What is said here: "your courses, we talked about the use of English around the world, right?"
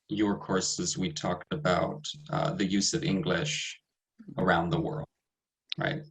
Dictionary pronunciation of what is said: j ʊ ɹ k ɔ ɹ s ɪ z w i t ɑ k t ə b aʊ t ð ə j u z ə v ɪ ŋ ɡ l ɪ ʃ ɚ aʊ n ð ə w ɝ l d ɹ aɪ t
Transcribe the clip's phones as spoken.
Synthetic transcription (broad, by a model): j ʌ ɹ k ɔ ɹ s ɪ z w i t ɑ k t ə b aʊ t ð ə j u z ə v ɪ ŋ ɡ l ɪ ʃ ɚ aʊ n ð ə w ɝ l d ɹ aɪ t